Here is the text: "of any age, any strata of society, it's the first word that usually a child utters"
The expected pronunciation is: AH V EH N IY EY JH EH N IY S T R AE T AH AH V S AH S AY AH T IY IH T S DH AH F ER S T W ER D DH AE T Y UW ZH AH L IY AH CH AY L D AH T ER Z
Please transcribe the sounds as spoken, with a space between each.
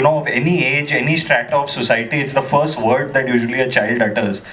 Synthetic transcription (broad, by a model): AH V EH N IY EY JH EH N IY S T R AE T AH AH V S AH S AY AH T IY IH T S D AH F ER S T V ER D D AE T Y UW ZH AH L IY AH CH AY L D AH T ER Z